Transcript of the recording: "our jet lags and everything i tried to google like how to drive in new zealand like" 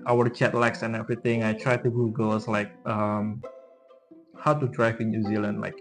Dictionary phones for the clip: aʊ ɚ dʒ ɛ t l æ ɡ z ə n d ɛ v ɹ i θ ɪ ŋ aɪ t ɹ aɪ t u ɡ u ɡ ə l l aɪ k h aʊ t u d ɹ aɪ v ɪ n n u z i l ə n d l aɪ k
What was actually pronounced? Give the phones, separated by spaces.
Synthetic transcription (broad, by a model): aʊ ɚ tʃ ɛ t l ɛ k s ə n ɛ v ɹ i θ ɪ ŋ aɪ t ɹ aɪ t u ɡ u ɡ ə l l aɪ k h aʊ t u d ɹ aɪ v ɪ n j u z i l ə n d l aɪ k